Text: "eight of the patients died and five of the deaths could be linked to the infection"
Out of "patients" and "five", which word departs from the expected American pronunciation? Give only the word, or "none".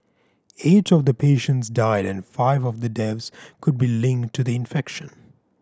none